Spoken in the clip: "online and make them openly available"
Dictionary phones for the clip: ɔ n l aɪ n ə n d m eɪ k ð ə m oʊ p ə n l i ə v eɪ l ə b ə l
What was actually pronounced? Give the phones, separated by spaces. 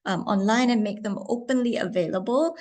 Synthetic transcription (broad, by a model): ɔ n l aɪ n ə n m eɪ k ð ə m oʊ p ə n l i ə v eɪ l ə b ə l